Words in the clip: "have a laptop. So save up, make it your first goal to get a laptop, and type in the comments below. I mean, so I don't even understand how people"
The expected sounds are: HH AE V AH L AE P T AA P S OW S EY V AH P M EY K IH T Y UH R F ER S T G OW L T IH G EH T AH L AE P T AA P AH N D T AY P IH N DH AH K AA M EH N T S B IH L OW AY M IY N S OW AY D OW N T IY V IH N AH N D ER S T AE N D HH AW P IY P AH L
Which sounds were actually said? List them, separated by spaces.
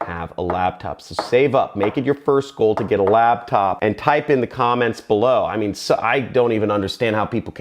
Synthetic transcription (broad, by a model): HH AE V AH L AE B T AA P S OW S EY V AH P M EY K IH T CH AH R F ER S T G OW L T IH G EH T AH L AE B T AA P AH N T AY P IH N DH AH K AA M EH N T S B IH L OW AY M IY N S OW AY D OW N T IY V IH N AH N D ER S T AE N D HH AW P IY P L